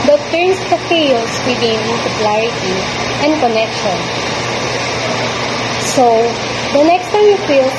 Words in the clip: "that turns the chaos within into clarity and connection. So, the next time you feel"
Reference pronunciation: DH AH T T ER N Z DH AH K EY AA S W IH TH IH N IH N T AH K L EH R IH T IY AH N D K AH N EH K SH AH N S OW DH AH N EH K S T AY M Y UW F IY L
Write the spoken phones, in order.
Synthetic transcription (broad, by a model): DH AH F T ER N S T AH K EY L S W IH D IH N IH L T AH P L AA R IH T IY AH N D K AH N EH K SH AH N S OW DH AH N EH K S T AY M Y UW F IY L